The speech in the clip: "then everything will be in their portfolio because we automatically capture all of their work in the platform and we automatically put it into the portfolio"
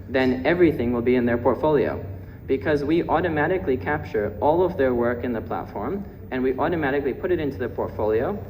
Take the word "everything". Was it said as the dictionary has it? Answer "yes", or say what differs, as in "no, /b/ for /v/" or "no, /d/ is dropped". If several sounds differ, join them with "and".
yes